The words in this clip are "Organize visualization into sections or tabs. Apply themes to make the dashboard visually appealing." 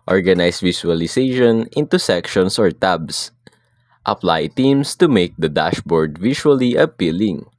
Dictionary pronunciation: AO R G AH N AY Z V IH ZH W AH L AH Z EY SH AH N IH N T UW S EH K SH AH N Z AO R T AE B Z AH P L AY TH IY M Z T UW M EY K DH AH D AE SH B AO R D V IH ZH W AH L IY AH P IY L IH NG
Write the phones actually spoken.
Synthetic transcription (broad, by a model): AO R G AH N AY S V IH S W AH L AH S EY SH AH N IH N T UW S EH K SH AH N S AO R T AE B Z AH P L AY T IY M S T UW M EY K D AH D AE SH B AO R D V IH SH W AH L IY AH P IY L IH NG